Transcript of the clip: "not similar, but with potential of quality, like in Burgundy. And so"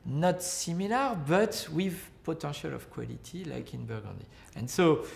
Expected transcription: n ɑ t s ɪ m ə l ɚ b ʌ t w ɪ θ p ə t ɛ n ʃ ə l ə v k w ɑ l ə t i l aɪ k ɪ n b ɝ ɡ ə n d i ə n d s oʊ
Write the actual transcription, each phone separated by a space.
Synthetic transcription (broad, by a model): n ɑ t s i m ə l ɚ b ʌ t w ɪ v p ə t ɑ ʃ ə l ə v k w ɑ l ə t i l aɪ k ɪ n b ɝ ɡ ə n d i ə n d s oʊ